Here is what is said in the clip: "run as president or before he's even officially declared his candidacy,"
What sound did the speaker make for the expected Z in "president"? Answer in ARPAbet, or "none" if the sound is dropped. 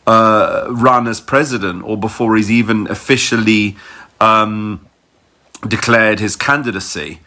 Z